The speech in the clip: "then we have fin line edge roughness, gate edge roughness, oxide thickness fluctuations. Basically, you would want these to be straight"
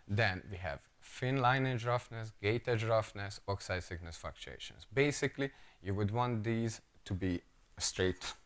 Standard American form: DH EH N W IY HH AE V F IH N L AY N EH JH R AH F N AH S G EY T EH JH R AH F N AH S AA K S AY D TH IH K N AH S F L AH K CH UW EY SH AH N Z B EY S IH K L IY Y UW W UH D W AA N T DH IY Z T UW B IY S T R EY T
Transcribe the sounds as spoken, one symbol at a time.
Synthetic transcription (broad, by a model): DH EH N W IY HH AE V F IH N L AY N EH JH R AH F N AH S G EY T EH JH R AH F N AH S AA K S AY D S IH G N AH S F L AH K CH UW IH SH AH N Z B EY S IH K L IY Y UW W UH D W AA N T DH IY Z T UW B IY S T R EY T